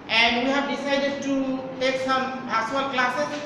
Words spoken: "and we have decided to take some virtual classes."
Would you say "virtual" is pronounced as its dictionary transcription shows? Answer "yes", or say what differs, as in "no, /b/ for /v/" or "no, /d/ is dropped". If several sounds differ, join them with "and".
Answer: no, /b/ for /v/